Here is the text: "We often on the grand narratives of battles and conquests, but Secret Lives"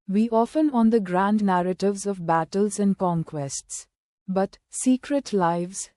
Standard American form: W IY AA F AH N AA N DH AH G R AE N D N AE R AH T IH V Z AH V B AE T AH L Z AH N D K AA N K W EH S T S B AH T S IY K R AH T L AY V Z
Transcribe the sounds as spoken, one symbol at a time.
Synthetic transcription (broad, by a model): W IY AA F AH N AA N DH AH G R AE N D N AE R AH T IH V Z AH V B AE T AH L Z AH N D K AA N K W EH S T S B AH T S IY K R AH T L AY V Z